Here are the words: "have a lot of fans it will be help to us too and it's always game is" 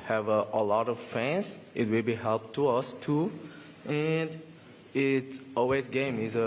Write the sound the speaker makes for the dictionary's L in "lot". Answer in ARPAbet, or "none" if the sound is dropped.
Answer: L